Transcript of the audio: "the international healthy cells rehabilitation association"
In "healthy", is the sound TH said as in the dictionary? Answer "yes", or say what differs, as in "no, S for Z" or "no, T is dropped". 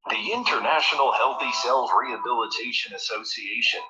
yes